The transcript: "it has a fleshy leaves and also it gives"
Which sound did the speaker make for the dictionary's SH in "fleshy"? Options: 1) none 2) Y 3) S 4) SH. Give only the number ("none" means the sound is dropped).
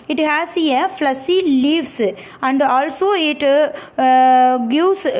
3